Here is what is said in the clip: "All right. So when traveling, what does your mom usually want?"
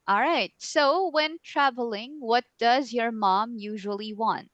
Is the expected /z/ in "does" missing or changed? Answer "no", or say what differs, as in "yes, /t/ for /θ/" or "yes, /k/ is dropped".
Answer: no